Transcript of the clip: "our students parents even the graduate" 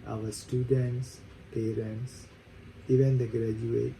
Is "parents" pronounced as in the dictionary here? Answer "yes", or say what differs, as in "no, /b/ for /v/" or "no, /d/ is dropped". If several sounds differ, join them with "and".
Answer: yes